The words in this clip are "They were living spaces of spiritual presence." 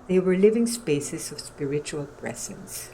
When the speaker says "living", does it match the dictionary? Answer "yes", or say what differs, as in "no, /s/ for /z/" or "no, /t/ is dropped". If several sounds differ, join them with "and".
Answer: yes